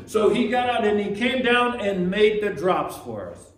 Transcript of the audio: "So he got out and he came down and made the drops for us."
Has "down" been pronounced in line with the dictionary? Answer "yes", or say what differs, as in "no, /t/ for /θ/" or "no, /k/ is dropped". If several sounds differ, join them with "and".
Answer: yes